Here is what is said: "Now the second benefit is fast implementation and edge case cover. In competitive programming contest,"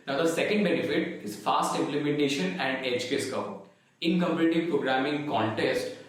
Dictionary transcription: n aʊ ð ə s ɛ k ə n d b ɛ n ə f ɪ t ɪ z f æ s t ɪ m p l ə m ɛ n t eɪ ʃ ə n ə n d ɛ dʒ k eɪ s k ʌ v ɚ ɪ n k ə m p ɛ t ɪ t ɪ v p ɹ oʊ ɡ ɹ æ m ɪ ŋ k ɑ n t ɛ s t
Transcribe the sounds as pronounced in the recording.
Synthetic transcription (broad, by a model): n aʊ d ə s ɛ k ə n d b ɛ n ə f ɪ t ɪ z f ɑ s t ɪ m p l ə m ɛ n t eɪ ʃ ə n ə n d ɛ tʃ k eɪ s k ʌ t ɪ n k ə m p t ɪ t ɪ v p ɹ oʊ ɡ ɹ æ m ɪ ŋ k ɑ n t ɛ s t